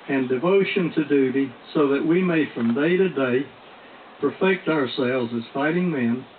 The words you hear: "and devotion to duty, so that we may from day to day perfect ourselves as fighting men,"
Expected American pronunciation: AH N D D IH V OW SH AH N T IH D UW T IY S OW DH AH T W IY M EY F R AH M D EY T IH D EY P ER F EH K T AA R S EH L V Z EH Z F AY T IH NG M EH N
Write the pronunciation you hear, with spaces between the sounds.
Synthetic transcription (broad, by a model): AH N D D IH V OW SH AH N T IH D UW T IY S OW DH AH T W IY M EY F R AH M D EY T IH D EY P ER F EH K T AA R S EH L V Z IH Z F AY T IH NG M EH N